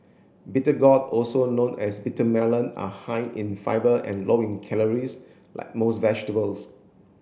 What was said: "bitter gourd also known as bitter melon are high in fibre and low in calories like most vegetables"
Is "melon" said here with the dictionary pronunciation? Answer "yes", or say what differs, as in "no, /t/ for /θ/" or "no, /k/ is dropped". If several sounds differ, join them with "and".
yes